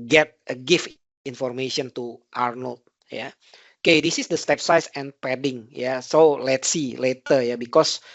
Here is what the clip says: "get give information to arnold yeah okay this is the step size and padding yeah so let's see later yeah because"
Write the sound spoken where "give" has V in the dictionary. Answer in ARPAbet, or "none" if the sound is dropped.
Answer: F